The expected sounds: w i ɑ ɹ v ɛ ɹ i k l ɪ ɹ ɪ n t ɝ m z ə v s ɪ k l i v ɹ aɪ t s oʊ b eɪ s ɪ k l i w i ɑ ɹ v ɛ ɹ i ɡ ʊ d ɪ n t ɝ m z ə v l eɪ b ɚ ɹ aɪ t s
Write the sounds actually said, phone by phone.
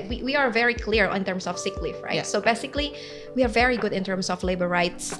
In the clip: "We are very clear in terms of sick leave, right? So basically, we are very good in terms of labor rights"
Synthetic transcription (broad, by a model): w i ɑ ɹ v ɛ ɹ i k l ɪ ɹ ɪ n t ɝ m s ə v s ɪ k l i f ɹ aɪ t s oʊ b eɪ s ɪ k l i w i ɑ ɹ v ɛ ɹ i ɡ ʊ d ɪ n t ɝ m s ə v l eɪ b ɚ ɹ aɪ t s